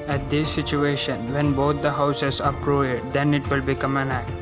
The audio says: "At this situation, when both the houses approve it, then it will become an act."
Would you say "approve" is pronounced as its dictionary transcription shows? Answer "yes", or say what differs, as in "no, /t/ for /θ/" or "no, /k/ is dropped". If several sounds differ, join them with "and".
no, /v/ is dropped